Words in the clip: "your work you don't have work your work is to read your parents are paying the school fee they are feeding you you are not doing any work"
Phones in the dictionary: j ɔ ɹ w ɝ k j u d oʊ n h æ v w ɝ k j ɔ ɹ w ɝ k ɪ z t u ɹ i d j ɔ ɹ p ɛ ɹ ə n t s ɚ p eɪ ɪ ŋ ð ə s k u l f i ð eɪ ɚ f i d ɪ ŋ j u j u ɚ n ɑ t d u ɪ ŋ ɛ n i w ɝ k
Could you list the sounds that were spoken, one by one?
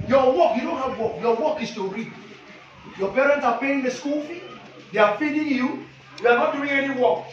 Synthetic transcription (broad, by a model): j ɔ w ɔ k j u d oʊ n h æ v w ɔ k j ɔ w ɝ k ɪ s t u ɹ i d j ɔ p ɛ ɹ ə n t s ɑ p eɪ ɪ ŋ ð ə s k u l f i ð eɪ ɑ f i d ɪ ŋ j u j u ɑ n ɑ t d u ɪ ŋ ɛ n i w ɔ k